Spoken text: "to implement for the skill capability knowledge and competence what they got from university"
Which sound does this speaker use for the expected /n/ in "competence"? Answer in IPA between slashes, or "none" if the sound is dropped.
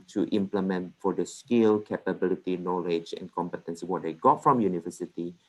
/n/